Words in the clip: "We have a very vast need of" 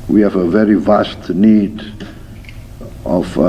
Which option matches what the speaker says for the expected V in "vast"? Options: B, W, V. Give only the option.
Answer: V